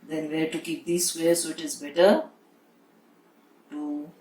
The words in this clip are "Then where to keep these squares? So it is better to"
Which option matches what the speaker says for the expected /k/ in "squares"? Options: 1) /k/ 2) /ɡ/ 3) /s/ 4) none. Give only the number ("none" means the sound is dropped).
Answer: 4